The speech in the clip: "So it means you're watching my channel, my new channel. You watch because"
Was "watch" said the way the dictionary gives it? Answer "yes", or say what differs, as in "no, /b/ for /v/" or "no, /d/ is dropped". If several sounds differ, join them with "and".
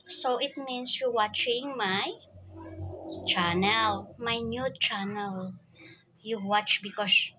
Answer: yes